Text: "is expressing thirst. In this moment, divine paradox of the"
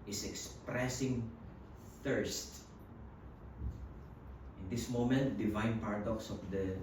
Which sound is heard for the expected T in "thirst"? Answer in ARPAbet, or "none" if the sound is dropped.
T